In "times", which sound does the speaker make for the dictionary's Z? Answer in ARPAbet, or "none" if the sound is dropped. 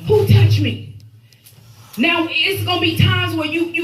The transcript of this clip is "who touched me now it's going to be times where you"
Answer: Z